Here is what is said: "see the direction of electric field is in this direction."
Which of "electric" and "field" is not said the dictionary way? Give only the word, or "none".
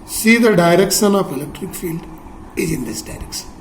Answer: none